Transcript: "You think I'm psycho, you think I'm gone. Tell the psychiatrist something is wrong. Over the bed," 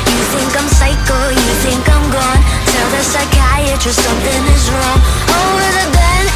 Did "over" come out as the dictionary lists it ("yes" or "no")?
no